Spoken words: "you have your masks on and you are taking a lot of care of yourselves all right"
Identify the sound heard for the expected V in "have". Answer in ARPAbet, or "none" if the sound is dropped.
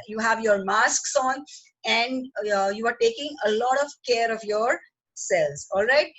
V